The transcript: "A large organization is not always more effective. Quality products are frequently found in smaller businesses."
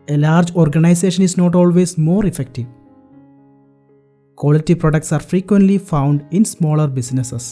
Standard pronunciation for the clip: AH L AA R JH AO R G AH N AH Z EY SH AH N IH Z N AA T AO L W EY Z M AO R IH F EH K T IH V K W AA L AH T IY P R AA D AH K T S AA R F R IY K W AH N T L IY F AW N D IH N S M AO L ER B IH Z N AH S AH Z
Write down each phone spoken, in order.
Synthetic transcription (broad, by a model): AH L AA R JH AO R G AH N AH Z EY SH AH N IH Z N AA T AO L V EY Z M AO R IH F EH K T IH V K W AA L AH T IY P R AA D AH K T S AA R F R IY K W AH N T L IY F AW N D IH N S M AO L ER B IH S N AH S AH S